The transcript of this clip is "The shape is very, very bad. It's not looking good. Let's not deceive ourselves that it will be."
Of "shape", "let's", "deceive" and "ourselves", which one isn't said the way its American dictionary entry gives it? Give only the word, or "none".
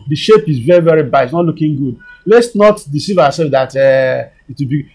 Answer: ourselves